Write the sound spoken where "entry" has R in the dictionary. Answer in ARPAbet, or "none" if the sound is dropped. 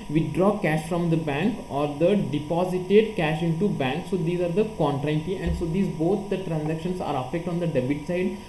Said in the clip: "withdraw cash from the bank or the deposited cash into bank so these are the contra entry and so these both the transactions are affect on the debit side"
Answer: none